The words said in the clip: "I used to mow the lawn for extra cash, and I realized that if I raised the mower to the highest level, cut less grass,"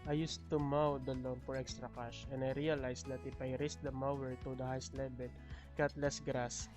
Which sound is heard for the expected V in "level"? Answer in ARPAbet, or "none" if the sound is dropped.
B